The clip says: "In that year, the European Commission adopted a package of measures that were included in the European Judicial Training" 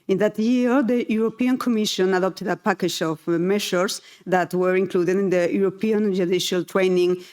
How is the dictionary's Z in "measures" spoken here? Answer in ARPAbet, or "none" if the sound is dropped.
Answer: S